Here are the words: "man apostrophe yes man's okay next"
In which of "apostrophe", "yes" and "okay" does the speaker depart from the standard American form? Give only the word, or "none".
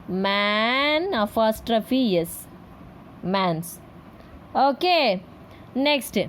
apostrophe